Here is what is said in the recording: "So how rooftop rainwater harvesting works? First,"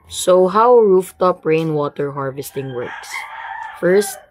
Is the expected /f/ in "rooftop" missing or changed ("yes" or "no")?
no